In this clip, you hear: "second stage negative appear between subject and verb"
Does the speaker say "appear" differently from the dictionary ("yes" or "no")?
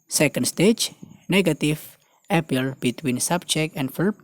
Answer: yes